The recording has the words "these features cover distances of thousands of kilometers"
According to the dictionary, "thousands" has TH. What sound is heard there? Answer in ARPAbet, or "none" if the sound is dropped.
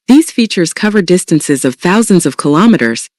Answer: TH